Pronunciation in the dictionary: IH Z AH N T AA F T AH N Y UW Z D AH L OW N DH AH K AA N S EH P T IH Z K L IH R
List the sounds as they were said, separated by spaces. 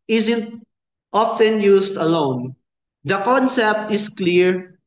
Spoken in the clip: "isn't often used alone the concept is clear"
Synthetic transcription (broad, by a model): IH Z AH N T AA F T AH N Y UW S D AH L OW N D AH K AA N S EH P T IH S K L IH R